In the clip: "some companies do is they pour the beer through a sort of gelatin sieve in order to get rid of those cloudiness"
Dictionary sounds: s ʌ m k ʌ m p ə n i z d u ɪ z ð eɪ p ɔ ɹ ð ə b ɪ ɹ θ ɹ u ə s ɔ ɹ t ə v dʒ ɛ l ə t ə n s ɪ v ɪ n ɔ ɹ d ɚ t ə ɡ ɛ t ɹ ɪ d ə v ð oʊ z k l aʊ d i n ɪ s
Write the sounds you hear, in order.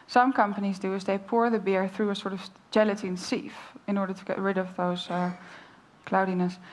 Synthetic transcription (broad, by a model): s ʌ m k ʌ m p ə n i z d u ɪ z ð eɪ p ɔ ɹ ð ə b ɪ ɹ θ ɹ u ə s ɔ ɹ t ə v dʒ ɛ l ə t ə n s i f ɪ n ɔ ɹ d ɚ t ə ɡ ɛ t ɹ ɪ d ə v ð oʊ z k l aʊ d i n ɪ s